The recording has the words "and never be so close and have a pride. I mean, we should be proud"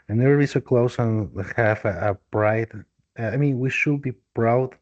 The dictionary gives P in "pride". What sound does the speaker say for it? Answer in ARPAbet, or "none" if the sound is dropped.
B